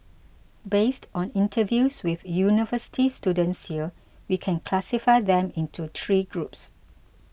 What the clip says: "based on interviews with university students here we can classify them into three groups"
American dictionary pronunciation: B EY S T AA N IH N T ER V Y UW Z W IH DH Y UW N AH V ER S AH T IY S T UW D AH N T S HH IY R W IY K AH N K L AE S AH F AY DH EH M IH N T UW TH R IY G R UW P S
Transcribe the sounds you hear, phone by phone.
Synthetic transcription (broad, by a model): B EY S T AA N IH N T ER V Y UW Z W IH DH Y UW N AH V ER S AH T IY S T UW D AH N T S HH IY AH W IY K AH N K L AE S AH F AY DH EH M IH N T UW T R IY G R UW P S